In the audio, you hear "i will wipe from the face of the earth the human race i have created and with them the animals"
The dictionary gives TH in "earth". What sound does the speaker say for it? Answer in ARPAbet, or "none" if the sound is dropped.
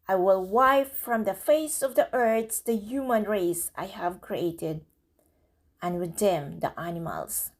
S